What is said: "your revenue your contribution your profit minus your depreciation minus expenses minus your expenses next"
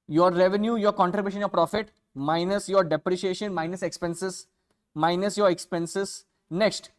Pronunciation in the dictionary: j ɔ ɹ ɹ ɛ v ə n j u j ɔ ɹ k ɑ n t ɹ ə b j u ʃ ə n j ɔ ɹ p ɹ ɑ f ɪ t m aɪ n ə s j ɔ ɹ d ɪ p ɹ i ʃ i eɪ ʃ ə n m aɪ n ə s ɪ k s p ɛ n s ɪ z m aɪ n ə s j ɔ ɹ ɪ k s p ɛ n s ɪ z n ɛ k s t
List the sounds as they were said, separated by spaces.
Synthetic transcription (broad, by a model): j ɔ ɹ ɹ ɛ v ə n j u j ɔ ɹ k ɑ n t ɹ ə b j u ʃ ə n j ɔ ɹ p ɹ ɑ f ɪ t m aɪ n ə s j ɔ ɹ d ɪ p ɹ i ʃ i eɪ ʃ ə n m aɪ n ə s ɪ k s p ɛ n s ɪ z m aɪ n ə s j ɔ ɹ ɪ k s p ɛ n s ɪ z n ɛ k s t